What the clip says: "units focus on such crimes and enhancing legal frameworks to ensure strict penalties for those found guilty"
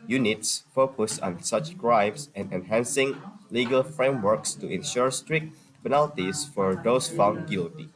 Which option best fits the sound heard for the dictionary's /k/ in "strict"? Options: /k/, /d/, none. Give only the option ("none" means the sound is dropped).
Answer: /k/